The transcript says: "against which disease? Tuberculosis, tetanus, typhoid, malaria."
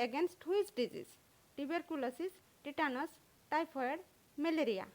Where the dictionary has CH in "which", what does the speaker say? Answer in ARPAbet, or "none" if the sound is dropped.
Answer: S